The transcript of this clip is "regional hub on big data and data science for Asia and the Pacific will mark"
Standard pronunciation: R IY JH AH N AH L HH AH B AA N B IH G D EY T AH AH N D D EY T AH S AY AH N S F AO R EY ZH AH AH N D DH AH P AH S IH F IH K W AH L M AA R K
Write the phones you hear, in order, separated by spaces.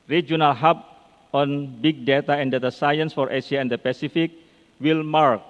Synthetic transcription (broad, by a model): R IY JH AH N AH L HH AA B AA N B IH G D EY T AH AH N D D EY T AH S AY AH N S F AO R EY S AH AH N D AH P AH S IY F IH K W AH L M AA R K